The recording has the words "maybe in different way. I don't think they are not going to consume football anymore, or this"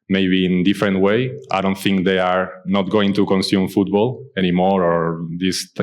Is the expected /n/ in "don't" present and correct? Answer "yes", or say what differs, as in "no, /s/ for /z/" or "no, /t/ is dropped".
yes